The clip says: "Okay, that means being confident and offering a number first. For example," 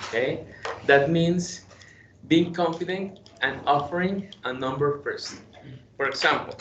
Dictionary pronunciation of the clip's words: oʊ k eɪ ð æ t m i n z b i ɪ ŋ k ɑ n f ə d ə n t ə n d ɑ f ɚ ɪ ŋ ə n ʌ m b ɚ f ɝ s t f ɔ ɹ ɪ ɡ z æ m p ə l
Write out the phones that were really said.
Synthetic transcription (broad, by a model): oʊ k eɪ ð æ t m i n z b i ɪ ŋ k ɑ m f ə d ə n t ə n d ɑ f ɚ ɪ ŋ ə n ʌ m b ɚ p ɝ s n f ɔ ɹ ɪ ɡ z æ m p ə l